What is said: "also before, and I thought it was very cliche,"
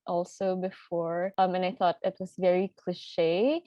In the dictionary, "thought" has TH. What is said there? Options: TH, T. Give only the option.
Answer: TH